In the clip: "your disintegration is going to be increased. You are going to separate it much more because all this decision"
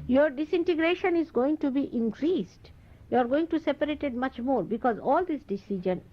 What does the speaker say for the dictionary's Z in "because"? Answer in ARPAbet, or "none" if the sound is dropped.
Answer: Z